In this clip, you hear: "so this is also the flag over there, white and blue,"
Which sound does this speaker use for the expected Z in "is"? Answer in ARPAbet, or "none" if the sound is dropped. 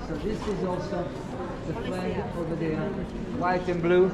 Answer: Z